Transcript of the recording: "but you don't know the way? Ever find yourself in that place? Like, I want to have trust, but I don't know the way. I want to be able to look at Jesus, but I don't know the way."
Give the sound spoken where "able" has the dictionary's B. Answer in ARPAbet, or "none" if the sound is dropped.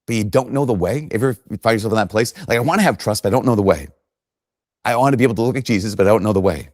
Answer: none